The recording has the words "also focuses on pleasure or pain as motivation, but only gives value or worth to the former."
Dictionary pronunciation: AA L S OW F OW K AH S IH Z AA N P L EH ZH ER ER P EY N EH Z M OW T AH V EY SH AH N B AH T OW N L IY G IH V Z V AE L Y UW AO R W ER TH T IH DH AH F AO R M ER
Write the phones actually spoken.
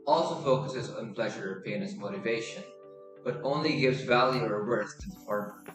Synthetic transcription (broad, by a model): AA L S OW F OW K AH S IH Z N P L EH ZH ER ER P EY N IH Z M OW T AH V EY SH AH N B AH T OW N L IY G IH V Z V AE L Y UW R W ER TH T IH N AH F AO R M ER